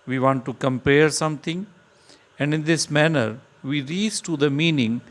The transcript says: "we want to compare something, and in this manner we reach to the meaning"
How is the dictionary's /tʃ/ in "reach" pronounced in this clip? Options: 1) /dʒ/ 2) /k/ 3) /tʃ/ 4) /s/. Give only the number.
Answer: 4